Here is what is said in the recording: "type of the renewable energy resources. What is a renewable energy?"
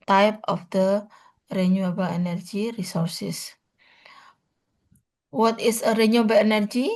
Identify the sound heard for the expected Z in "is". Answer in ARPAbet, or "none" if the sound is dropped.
S